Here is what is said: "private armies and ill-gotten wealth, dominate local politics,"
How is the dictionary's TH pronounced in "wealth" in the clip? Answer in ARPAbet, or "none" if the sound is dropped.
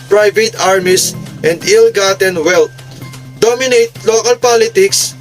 T